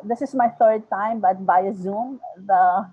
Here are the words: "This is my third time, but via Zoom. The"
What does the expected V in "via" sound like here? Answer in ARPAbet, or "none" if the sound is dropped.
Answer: B